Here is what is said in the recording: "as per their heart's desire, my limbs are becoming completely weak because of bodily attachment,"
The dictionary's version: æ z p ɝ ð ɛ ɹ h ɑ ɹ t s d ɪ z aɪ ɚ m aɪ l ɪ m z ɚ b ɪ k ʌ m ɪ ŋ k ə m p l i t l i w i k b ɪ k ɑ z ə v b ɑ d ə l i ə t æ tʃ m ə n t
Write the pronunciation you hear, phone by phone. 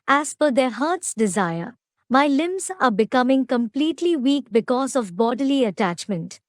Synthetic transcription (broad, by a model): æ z f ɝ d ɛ ɹ h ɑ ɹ t s d ɪ z aɪ ɚ m aɪ l ɪ m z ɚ b ɪ k ʌ m ɪ ŋ k ə m p l i t l i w i k b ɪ k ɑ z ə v b ɑ d ə l i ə t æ tʃ m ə n t